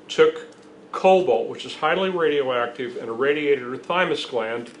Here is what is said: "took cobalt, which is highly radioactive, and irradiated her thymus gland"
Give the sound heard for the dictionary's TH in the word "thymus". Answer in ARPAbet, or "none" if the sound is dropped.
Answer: TH